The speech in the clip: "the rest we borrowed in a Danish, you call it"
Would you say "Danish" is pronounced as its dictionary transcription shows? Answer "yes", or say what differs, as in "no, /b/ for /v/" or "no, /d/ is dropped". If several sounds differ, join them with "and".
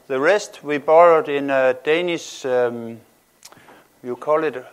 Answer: no, /s/ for /ʃ/